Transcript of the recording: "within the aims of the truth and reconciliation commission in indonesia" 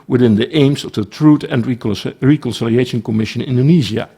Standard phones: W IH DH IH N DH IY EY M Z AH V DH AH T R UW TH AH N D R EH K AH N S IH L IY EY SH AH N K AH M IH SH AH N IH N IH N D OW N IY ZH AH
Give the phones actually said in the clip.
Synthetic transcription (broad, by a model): W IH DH IH N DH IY EY M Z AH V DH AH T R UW T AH N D R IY K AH N S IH L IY EY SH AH N K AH M IH SH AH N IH N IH N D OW N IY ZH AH